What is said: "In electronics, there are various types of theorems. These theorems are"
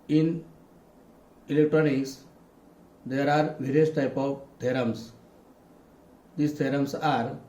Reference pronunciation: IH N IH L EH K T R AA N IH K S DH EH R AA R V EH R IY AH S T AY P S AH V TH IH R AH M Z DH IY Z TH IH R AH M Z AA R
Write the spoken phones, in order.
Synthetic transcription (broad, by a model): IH N IH L EH K T R AA N IH K S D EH R AA R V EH R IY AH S T AY P AH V T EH R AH M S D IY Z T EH R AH M S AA R